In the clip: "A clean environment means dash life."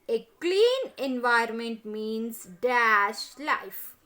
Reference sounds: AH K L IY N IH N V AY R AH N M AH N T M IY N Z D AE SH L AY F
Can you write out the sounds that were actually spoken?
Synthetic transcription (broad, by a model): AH K L IY N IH N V AY AH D M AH N T M IY N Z D AE SH L AY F